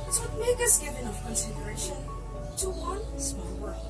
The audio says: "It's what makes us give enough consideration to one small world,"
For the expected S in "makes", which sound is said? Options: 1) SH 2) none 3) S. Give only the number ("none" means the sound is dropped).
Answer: 2